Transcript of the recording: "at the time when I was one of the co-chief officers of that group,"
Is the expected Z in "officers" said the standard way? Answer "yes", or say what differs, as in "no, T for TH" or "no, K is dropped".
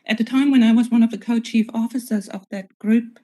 yes